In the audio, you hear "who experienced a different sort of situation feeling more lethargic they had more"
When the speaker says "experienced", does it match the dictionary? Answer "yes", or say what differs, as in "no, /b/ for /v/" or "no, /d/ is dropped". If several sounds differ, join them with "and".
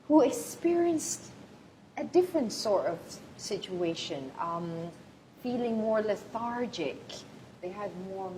yes